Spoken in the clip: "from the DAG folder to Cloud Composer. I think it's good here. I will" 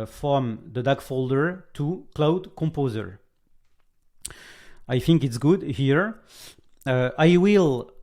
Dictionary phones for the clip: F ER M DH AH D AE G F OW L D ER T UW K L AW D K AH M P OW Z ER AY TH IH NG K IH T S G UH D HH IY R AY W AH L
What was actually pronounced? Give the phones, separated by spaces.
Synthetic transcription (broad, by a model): F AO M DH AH D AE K F OW L D ER T UW K L AW D K AH M P OW Z ER AY TH IH NG K IH T S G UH D HH IY R AY W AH L